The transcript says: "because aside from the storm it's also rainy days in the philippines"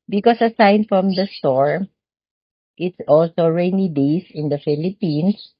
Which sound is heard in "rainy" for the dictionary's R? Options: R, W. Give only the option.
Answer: R